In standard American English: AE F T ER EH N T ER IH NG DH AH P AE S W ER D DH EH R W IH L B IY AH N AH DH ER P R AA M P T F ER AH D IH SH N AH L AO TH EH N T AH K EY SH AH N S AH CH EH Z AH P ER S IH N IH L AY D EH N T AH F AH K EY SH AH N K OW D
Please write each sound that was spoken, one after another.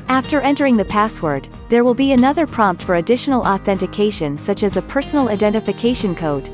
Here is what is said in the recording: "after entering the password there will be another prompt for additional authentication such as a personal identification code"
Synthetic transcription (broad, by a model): AE F T ER EH N T ER IH NG DH AH P AE S W ER D DH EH R W IH L B IY AH N AH DH ER P R AA M P T F ER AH D IH SH N L AO TH EH N T AH K EY SH AH N S AH CH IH Z AH P ER S N L AY D EH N T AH F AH K EY SH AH N K OW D